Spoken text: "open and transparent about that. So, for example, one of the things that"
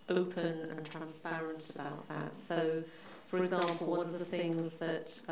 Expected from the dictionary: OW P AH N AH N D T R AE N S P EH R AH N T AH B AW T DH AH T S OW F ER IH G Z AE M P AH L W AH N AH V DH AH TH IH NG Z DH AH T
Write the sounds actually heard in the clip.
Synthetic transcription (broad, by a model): OW P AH N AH N T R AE N S P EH R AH N T AH B AW T DH AH T S OW F ER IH G Z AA M P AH L W AH N AH V DH AH TH IH NG Z DH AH T